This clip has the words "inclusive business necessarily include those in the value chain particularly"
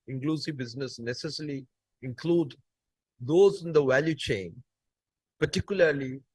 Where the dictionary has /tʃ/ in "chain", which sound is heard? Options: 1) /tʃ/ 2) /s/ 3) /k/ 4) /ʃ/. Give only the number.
1